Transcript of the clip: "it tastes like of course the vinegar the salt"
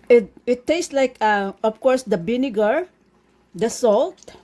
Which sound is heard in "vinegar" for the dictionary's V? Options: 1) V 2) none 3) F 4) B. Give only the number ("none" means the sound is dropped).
4